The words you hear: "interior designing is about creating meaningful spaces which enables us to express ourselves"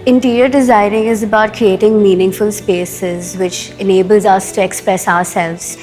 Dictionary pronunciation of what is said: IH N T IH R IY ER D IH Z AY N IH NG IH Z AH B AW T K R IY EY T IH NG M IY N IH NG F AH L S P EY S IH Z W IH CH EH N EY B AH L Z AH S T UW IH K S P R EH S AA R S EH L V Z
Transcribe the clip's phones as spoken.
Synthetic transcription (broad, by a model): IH N T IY R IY ER D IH Z AY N IH NG IH Z AH B AW T K R IY EY T IH NG M IY N IH NG F AH L S P EY S IH Z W IH CH EH N EY B AH L Z AH S T UW IH K S P R EH S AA R S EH L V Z